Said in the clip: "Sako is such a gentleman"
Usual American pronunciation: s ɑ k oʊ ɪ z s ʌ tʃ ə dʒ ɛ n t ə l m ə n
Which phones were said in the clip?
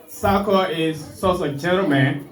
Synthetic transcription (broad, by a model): s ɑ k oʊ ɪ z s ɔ s ə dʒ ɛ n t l m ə n